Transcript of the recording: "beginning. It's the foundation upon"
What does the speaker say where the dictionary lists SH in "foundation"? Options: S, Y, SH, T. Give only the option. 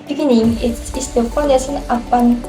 S